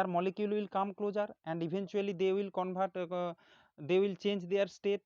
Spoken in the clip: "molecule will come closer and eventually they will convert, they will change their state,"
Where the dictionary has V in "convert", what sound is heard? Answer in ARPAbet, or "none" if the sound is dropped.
B